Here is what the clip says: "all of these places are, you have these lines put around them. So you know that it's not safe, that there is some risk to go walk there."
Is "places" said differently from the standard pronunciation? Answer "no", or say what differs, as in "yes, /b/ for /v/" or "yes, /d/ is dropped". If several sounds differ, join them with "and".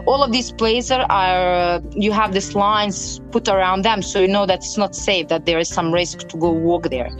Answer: yes, /s/ is dropped